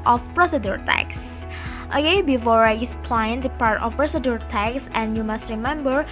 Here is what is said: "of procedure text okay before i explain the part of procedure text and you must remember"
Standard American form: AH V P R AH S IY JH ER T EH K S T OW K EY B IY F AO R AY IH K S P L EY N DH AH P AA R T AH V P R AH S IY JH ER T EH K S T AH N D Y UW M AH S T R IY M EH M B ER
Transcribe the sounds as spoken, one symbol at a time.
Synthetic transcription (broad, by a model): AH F P R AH S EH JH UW T EH K S T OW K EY B IY F AO R AY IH S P L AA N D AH P AA R T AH F P R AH S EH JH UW T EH K S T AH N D Y UW M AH S T R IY M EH M B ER